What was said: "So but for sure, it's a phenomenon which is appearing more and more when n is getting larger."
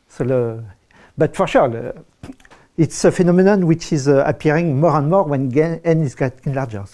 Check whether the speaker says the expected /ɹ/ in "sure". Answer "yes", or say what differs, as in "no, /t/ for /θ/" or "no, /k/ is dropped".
no, /l/ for /ɹ/